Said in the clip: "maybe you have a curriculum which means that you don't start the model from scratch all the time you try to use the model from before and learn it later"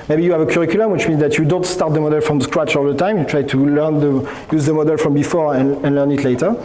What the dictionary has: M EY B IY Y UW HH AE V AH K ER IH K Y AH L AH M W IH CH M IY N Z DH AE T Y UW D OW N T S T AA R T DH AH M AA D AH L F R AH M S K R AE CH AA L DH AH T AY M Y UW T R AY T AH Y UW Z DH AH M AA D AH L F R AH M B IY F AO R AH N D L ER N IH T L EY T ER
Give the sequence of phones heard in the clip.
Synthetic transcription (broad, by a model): M EY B IY Y UW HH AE V AH K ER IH K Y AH L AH M W IH CH M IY N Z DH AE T Y UW D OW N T S T AA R T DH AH M AA D AH L F R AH M S K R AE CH AA L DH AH T AY M Y UW T R AY T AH Y UW Z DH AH M AA D AH L F R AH M B IY F AO R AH N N L ER N IH T L EY T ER